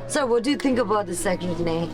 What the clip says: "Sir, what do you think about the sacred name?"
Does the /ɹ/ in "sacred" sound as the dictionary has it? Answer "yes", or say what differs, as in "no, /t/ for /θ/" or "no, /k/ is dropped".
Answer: no, /ɹ/ is dropped